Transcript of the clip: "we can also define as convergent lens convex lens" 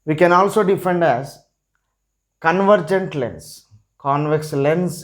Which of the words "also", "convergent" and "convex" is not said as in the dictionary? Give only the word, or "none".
none